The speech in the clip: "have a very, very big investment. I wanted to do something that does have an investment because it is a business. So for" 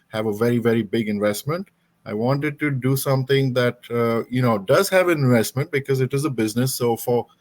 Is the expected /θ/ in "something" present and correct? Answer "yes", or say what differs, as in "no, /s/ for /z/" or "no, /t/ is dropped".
no, /t/ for /θ/